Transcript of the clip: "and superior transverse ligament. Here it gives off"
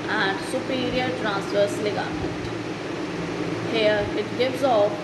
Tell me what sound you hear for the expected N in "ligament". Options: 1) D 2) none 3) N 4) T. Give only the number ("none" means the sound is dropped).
2